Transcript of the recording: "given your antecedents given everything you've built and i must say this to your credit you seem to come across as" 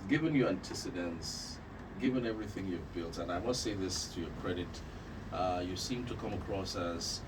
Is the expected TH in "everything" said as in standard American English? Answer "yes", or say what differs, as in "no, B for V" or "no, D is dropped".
yes